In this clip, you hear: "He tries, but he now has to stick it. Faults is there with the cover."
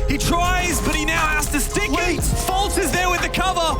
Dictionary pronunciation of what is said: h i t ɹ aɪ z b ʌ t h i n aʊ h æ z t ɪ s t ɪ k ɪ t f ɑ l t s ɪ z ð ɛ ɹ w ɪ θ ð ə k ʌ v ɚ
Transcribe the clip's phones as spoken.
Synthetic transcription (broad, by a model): h i t ɹ aɪ z b ʌ t h i n aʊ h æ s t ɪ s t ɪ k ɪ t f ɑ l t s ɪ z ð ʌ ɹ w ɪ ð ə k ʌ v ɚ